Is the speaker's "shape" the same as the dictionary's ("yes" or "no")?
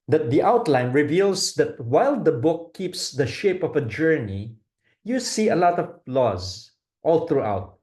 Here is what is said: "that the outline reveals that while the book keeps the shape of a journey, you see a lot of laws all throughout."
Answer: yes